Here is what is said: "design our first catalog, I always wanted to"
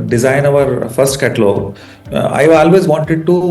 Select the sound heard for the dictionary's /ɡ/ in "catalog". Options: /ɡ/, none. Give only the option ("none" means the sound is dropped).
none